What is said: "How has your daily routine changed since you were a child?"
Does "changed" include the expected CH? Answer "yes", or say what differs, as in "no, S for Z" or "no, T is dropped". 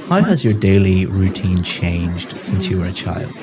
yes